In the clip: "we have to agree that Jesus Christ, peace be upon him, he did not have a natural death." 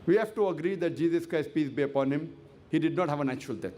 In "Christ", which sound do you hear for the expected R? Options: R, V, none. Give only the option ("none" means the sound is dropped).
R